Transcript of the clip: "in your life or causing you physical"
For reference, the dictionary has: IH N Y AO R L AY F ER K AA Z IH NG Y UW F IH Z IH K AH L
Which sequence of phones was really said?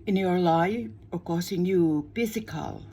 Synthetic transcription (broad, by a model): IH N Y AO R L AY ER K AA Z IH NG Y UW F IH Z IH K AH L